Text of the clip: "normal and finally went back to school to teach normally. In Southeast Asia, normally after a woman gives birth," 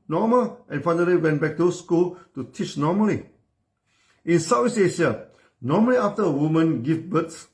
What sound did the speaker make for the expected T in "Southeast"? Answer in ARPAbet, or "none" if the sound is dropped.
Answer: none